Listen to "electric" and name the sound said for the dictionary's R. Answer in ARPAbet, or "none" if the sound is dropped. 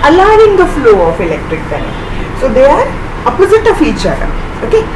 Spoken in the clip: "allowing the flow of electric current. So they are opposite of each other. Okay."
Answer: R